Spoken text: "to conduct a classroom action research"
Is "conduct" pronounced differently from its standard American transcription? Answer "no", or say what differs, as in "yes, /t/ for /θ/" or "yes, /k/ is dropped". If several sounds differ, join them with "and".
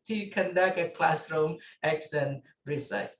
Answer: yes, /t/ is dropped